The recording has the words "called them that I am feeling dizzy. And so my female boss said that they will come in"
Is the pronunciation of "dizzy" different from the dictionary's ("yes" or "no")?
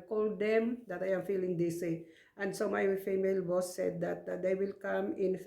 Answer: yes